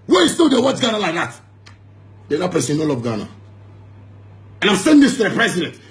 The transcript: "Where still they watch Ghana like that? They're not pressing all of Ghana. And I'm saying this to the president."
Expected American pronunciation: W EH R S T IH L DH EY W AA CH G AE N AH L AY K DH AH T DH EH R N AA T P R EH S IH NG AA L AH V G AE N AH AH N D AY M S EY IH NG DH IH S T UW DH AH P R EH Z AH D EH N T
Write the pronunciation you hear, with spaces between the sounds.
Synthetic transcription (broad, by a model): W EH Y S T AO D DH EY W AA CH G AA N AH L AY K DH AH T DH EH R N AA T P EH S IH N AA L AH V G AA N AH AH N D AY M S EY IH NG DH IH S T UW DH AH P R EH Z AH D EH N T